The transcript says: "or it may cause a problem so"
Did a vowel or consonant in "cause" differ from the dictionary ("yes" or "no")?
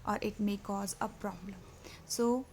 no